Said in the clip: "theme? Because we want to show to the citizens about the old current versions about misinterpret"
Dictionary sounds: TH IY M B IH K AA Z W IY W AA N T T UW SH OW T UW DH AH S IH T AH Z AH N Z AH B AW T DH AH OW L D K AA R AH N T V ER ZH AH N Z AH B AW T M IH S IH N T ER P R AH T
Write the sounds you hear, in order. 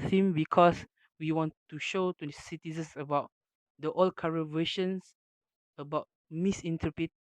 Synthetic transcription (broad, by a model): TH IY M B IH K AA S W IY W AA N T T UW SH OW T UW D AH S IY T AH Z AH N S AH B AW T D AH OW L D K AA R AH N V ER SH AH N S AH B AW T M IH S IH N T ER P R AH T